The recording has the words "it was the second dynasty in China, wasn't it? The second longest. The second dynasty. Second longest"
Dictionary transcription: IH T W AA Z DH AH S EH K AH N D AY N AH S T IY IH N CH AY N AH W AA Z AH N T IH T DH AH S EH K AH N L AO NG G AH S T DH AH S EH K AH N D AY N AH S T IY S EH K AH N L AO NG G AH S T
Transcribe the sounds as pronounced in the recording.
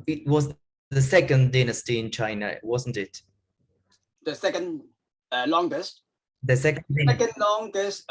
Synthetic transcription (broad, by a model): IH T W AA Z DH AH S EH K AH N D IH N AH S T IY IH N CH AY N AH W AA Z AH N T IH T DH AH S EH K AH N L AO NG G AH S T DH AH S EH K AH N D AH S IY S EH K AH N L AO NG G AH S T